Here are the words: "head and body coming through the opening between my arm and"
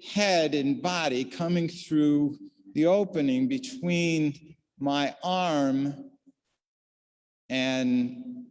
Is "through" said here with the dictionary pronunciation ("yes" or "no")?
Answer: yes